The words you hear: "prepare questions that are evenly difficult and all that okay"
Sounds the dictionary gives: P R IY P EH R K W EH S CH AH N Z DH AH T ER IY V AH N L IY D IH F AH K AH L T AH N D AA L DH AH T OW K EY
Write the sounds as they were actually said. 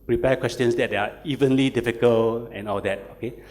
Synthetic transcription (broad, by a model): P R IY P EH K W EH S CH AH N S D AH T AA IY V AH N L IY D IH F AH K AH L AH N AA L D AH T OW K EY